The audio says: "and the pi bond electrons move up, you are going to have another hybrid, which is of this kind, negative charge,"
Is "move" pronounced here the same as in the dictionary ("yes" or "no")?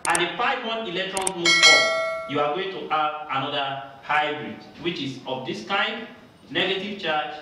no